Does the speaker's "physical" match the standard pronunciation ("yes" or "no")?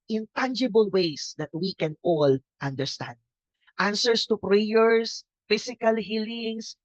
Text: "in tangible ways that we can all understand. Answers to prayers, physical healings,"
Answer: no